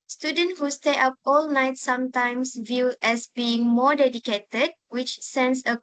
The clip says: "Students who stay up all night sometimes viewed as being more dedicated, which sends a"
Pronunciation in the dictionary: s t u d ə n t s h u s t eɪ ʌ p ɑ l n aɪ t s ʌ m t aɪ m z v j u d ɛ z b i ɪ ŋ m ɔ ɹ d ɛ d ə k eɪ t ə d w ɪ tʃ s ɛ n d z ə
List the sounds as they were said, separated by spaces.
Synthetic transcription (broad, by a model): s t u d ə n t h u s t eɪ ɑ p ɑ l n aɪ t s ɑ m t aɪ m s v j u ɛ s b i ɪ ŋ m ɔ d ɛ d ə k eɪ t ə d w ɪ tʃ s ɛ n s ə